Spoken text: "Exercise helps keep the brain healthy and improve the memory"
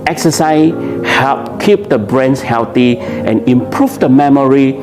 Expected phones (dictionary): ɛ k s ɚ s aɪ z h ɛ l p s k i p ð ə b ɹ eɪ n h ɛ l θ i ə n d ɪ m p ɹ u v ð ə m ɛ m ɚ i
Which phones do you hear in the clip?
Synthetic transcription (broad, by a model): ɛ k s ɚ s aɪ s h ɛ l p k i p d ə b ɹ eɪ n h ɛ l t i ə n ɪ m p ɹ u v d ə m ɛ m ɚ i